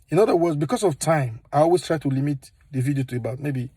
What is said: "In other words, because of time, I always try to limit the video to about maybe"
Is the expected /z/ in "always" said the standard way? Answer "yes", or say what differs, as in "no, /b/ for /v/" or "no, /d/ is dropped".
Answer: no, /s/ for /z/